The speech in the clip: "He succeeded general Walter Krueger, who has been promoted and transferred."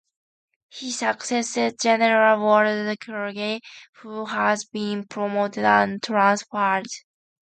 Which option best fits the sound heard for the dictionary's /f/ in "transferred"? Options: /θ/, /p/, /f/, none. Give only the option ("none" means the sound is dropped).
/p/